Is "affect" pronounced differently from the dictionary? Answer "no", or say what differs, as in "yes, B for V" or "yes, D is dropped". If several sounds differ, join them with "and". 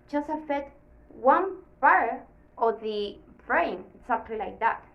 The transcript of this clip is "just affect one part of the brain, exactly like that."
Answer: yes, K is dropped